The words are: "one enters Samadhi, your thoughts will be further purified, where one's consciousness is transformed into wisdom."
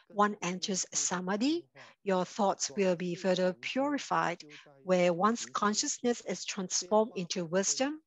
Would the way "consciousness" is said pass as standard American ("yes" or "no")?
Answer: yes